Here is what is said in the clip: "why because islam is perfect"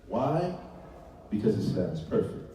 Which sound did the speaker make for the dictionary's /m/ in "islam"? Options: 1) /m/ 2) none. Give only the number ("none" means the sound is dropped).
2